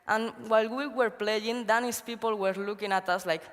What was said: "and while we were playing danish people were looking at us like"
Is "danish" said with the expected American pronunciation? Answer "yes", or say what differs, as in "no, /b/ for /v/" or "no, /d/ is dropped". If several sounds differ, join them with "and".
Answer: no, /s/ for /ʃ/